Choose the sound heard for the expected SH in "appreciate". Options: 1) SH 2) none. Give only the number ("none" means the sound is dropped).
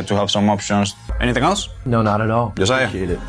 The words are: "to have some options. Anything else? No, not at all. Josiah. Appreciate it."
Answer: 2